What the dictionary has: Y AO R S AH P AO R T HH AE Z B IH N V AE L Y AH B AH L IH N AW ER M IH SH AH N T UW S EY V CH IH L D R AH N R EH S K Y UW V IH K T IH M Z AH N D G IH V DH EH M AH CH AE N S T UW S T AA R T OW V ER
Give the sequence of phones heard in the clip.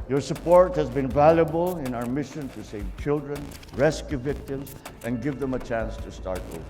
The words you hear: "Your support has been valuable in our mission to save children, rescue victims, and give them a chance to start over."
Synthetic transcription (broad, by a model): Y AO R S AH P AO R T HH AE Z B IH N V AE L Y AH B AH L IH N AW ER M IH SH AH N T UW S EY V CH IH L D R AH N R EH S K Y UW V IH K T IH M S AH N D G IH V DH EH M AH CH AE N S T UW S T AA R T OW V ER